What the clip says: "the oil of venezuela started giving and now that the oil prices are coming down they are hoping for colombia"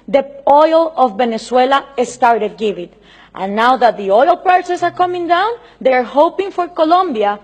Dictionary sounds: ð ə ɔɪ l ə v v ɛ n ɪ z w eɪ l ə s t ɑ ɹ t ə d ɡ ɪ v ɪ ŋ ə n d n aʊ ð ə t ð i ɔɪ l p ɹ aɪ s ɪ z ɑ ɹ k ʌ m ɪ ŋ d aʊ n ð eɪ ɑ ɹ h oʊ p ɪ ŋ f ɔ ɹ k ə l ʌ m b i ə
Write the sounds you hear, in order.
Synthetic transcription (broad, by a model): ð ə ɔɪ l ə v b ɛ n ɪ s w eɪ l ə s t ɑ ɹ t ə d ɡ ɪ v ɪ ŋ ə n n aʊ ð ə t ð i ɔɪ l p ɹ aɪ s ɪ s ɑ ɹ k ʌ m ɪ ŋ d aʊ n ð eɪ ɹ h oʊ p ɪ ŋ f ɔ ɹ k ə l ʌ m b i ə